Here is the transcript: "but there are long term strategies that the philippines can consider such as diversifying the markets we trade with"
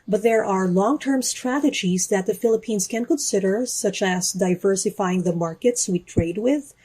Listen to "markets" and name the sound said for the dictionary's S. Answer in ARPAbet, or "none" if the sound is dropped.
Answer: S